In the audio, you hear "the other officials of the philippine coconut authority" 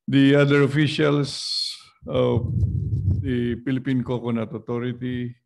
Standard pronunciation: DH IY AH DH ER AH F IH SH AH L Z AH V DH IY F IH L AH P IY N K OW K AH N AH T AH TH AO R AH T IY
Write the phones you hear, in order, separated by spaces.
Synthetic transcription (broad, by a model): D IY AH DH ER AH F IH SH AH L S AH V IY P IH L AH P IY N K OW K AH N AH T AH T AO R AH T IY